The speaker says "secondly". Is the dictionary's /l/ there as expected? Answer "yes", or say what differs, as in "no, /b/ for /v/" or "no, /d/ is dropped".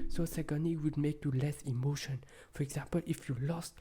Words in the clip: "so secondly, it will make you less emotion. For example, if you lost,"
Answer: no, /l/ is dropped